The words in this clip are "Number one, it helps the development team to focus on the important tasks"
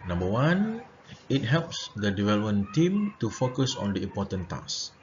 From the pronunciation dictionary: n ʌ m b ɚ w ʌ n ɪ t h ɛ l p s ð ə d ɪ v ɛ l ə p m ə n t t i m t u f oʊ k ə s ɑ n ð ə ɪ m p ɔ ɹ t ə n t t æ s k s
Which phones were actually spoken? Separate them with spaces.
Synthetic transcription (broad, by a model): n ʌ m b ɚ w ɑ n ɪ t h ɛ l p s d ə d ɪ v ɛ l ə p m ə n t t i m t u f oʊ k ə s ɑ n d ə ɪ m p ɔ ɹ t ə n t t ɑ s s